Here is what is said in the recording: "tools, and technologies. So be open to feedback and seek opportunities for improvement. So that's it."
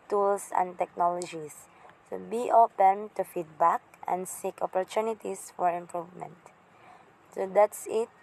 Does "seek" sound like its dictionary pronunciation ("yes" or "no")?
yes